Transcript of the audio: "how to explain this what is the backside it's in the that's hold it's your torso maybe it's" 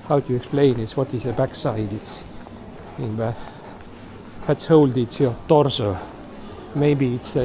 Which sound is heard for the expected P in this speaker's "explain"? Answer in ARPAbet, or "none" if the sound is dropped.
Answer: none